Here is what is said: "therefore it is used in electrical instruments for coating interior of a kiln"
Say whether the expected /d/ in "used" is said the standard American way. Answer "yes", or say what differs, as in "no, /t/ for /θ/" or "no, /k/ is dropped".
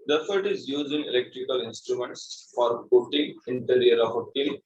no, /d/ is dropped